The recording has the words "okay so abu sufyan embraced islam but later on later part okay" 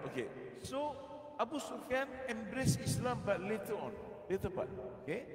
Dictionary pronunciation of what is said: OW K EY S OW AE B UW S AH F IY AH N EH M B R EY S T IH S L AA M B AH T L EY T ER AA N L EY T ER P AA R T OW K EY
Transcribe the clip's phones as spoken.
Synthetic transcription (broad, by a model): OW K EY S OW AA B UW S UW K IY N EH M B R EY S IH S L AA M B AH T L EY T ER AA N L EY T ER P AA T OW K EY